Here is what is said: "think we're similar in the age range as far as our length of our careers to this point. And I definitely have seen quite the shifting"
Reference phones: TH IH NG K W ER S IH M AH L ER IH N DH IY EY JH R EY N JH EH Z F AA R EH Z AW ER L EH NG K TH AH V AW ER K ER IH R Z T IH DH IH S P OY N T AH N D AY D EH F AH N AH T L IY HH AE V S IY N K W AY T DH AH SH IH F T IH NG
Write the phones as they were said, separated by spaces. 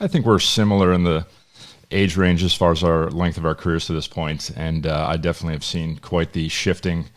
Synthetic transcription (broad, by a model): TH IH NG K W ER S IH M L ER IH N DH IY EY JH R EY N JH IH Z F AA R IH Z AW ER L EH NG K TH AH V AW ER K ER IH R Z T IH DH IH S P OY N T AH N AY D EH F AH N AH T L IY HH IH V S IY N K W AY T DH AH SH IH F T IH NG